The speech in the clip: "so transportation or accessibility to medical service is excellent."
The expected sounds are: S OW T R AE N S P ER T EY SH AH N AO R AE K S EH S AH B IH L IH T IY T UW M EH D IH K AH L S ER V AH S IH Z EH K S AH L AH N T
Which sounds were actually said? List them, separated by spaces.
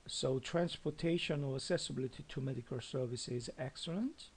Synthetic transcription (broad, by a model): S OW T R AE N S P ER T EY SH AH N AO R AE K S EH S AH B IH L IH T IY T UW M EH D IH K AH L S ER V AH S IH Z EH K S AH L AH N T